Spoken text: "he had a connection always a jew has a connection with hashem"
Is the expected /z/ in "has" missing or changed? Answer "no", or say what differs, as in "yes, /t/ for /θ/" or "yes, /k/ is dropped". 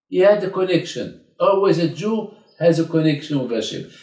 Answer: no